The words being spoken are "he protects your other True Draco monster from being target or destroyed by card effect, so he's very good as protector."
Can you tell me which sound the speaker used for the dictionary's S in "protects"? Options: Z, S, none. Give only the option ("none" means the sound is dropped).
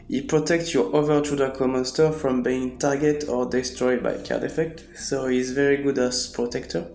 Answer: S